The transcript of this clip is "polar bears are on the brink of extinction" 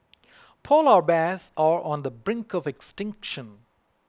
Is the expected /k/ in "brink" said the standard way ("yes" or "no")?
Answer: yes